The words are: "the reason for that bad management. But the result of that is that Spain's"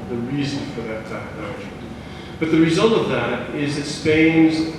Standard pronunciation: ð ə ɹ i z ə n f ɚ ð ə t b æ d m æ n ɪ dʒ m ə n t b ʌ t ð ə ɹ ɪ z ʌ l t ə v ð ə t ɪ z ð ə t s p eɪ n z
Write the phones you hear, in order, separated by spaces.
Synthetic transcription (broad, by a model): ð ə ɹ i z ə n f ɚ ð ə t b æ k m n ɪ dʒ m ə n b ʌ t ð ə ɹ ɪ z ʌ l t ə v ð ə t ɪ z ð ə t s p eɪ n z